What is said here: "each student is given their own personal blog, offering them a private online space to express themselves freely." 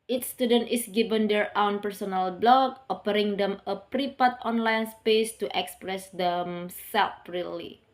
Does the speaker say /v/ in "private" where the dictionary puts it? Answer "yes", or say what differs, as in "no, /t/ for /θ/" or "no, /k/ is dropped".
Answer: no, /p/ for /v/